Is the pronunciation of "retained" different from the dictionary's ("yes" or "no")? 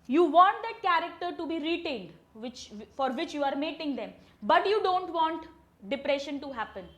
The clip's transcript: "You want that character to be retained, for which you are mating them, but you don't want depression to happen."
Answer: yes